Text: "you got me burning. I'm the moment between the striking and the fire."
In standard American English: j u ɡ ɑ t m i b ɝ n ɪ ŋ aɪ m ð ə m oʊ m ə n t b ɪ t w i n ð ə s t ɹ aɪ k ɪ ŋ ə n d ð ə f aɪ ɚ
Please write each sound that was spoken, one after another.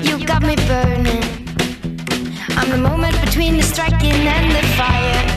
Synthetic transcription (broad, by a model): j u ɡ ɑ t m i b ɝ ɪ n aɪ m ð ə m oʊ m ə n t b ɪ t w i n ð ə s t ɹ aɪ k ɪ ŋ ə n ð ə f aɪ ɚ